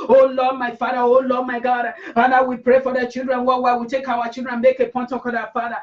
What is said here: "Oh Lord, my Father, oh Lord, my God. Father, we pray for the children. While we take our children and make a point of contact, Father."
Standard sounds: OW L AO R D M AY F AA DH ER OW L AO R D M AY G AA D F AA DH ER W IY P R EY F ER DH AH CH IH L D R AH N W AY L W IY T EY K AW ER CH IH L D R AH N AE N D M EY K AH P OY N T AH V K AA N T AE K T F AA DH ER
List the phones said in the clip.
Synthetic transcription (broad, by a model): OW L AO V M AY F AA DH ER OW L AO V M AY G AA D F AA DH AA W IY P R EY F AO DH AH CH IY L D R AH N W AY W W IY T EY K AW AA CH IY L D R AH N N M EY K AH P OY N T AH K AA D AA F AA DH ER